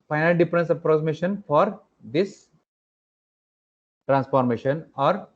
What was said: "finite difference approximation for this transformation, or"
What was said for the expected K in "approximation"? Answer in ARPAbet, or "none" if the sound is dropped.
none